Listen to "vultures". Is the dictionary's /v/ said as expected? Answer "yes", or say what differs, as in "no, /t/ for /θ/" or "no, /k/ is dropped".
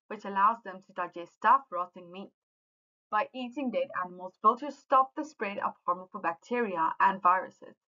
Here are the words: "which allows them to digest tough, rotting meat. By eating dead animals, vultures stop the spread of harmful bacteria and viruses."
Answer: no, /f/ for /v/